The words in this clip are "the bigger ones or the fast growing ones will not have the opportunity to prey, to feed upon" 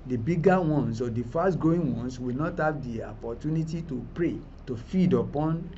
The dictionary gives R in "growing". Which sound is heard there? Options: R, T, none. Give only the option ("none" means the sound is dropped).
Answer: none